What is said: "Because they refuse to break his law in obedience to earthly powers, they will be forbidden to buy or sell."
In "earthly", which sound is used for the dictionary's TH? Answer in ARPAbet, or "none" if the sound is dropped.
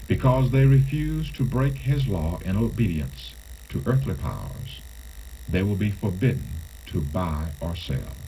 TH